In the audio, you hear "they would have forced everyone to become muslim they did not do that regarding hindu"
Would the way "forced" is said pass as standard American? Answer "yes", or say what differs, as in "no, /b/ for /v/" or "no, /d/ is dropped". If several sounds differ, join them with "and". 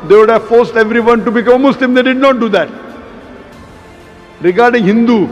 yes